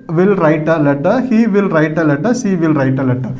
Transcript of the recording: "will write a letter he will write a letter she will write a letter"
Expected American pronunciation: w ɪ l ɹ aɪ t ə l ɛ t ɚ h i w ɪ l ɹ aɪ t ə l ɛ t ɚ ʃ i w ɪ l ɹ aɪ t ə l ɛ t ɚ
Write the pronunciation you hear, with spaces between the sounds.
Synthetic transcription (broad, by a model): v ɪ l ɹ aɪ t ə l ɛ t ɚ h i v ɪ l ɹ aɪ t ə l ɛ t ɚ s i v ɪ l ɹ aɪ t ə l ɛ t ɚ